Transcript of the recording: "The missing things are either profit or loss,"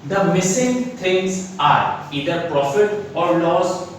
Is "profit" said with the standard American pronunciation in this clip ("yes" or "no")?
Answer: yes